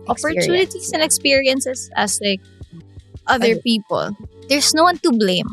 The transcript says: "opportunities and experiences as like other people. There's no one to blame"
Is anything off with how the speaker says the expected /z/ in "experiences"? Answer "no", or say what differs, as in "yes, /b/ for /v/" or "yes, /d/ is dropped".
yes, /s/ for /z/